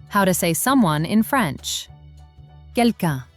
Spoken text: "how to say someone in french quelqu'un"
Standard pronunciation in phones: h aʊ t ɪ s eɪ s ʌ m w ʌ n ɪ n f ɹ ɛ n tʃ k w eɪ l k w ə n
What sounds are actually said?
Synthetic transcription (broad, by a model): h aʊ t ɪ s eɪ s ʌ m w ʌ n ɪ n f ɹ ɛ n tʃ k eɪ l k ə